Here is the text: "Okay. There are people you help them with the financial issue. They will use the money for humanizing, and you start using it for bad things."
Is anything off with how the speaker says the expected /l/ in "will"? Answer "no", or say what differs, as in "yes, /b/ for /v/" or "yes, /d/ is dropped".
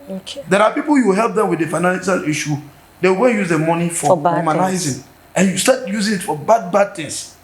yes, /n/ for /l/